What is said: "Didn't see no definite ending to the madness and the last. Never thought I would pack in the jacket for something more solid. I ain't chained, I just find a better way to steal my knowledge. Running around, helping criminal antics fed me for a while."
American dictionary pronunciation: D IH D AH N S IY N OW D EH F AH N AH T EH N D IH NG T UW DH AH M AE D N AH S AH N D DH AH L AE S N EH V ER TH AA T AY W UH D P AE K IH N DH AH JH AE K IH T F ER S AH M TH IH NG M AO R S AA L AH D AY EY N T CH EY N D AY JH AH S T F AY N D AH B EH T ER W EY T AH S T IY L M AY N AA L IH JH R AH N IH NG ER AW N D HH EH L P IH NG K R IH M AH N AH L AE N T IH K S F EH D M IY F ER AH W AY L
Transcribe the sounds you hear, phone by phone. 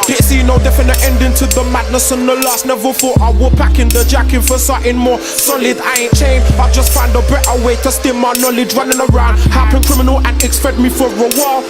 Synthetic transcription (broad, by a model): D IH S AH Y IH N OW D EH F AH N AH T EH N D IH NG T UW DH AH M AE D N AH S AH N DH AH L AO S N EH V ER F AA T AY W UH P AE K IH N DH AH JH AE K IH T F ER S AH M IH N M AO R S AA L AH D AY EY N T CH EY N AY JH AH S T F AY N D AH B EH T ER W EY T AH S T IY M AY N AA L IH JH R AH N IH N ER AW N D HH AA P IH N K R IH M AH N AH L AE N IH K S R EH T M IY F ER AH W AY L